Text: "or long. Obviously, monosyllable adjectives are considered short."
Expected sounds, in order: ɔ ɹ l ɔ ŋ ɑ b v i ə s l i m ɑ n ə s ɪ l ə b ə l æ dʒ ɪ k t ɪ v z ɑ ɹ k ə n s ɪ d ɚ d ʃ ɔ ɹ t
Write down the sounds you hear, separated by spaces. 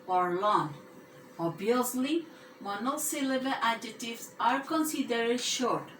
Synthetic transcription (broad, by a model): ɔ ɹ l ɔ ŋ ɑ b i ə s l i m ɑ n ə s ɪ l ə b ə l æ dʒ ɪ t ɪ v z ɑ ɹ k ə n s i d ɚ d ʃ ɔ ɹ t